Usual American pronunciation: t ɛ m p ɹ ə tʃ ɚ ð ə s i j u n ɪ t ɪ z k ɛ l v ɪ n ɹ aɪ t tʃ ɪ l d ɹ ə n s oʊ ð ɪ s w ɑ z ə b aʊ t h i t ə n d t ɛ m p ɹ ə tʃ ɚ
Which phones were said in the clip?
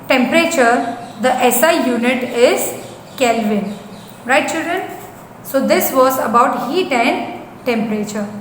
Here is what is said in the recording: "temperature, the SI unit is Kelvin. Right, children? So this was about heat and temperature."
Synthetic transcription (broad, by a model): t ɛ m p ɹ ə tʃ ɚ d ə s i j u n ɪ t ɪ z k ɛ l v ɪ n ɹ aɪ t tʃ ɪ l d ɹ ə n s oʊ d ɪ s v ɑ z ə b aʊ t h i t ə n d t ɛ m p ɹ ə tʃ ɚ